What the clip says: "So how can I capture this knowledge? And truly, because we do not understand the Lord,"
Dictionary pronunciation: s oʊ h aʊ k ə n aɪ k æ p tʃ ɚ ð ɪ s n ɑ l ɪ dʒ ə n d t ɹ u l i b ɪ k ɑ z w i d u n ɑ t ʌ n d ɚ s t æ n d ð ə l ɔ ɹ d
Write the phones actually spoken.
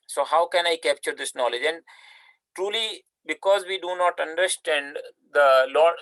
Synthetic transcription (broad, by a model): s oʊ h aʊ k ə n aɪ k æ p tʃ ɚ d ɪ s n ɑ l ɪ dʒ ə n d t ɹ u l i b ɪ k ɑ z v i d u n ɑ t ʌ n d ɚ s t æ n d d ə l ɔ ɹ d